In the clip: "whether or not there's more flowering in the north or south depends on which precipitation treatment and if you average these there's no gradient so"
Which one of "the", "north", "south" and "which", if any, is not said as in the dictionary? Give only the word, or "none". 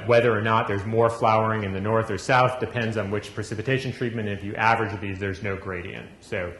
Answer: none